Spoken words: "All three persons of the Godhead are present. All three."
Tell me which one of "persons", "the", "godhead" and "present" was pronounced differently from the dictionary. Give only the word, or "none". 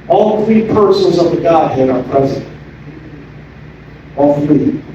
none